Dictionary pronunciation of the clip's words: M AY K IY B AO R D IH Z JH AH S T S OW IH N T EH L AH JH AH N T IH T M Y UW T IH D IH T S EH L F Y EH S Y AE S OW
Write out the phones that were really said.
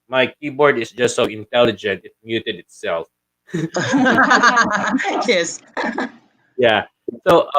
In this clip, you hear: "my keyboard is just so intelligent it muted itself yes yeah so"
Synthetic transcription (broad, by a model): M AY K IY B AO R D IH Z JH AH S T S OW IH N T EH L AH JH AH N T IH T M Y UW T IH D IH T S EH L F Y EH S Y AE S OW